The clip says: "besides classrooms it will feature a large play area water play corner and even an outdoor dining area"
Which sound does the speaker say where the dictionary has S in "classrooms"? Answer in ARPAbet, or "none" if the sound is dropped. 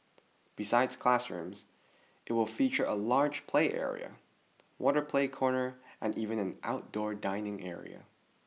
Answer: S